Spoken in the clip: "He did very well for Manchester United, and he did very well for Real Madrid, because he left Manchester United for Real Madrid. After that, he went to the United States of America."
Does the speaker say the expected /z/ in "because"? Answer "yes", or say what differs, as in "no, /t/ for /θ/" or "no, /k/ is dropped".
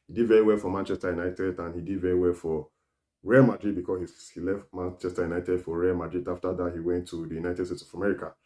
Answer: no, /s/ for /z/